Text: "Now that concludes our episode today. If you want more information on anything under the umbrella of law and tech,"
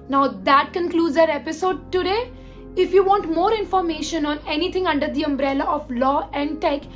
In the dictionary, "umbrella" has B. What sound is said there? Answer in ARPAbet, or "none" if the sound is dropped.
B